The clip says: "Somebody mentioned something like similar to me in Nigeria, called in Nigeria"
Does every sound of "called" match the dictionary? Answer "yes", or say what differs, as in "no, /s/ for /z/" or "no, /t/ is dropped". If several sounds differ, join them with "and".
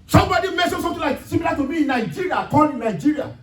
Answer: no, /l/ is dropped